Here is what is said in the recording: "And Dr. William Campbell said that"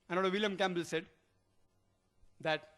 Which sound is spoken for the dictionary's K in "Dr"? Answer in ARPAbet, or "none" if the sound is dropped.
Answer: none